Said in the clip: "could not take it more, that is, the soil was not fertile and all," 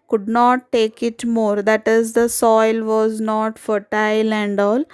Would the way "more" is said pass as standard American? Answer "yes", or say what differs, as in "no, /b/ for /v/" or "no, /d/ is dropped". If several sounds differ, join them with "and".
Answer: yes